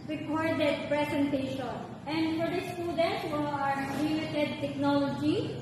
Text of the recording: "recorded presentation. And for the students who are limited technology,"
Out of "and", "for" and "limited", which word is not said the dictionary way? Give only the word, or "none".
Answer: limited